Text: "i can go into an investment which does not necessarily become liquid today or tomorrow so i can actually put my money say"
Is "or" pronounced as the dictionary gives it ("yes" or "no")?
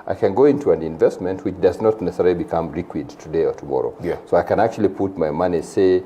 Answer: yes